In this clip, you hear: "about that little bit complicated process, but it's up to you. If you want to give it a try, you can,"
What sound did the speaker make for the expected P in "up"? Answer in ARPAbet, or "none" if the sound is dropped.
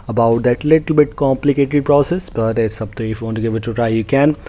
B